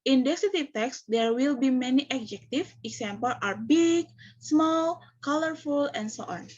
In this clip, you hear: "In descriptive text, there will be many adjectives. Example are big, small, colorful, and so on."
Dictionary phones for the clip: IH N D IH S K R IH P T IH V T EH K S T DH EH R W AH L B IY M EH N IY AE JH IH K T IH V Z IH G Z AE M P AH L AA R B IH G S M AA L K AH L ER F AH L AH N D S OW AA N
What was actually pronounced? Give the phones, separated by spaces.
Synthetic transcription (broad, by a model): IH N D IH K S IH T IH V T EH K S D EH R W AH L B IY M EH N IY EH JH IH K T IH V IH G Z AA M P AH L AA R B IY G S M AA L K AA L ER F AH L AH N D S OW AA N